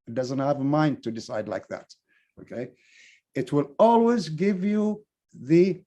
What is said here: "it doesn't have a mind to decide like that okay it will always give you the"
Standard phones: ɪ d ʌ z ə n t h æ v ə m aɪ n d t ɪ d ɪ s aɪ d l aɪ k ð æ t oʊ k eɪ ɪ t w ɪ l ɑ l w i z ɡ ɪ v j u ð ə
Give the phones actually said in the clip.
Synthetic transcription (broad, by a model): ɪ d ʌ z ə n t h æ v ə m aɪ n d t ɪ d ɪ s aɪ d l aɪ k ð æ t oʊ k eɪ ɪ t w ɪ l ɑ l w i z ɡ ɪ v j u ð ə